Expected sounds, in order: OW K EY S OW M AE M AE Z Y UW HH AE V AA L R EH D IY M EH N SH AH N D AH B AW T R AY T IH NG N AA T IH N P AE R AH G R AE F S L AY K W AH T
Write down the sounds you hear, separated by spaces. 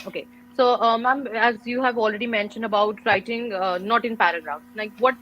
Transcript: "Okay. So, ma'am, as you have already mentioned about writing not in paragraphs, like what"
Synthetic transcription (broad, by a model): OW K EY S OW M AE M AE Z Y UW HH AE V AA L R EH D IY M EH N SH AH N D AH B AW T R AY T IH NG N AA T IH N P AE R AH G R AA F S L AY K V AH T